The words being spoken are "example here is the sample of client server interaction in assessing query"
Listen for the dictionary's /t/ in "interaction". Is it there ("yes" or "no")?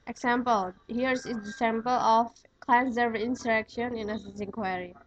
no